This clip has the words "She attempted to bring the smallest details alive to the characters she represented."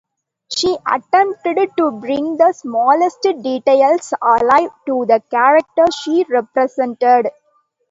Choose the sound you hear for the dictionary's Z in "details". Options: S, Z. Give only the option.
S